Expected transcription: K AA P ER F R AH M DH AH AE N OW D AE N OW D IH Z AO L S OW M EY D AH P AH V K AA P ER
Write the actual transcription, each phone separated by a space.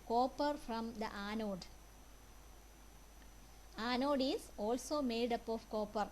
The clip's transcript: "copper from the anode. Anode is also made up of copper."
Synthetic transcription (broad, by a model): K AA P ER F R AH M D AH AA N OW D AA N OW D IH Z AO L S OW M EY D AH P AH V K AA P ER